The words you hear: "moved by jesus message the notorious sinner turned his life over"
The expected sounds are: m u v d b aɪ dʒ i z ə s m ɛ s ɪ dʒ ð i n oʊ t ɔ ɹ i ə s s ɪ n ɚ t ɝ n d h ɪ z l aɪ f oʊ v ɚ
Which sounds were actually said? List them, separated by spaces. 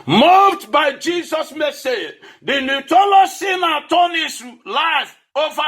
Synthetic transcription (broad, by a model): m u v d b aɪ dʒ i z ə s m ɛ s ɪ dʒ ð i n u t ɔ l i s s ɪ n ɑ t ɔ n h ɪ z l aɪ f oʊ v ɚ